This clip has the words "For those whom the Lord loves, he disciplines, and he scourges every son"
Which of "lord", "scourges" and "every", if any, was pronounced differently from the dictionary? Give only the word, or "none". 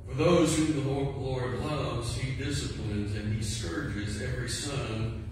none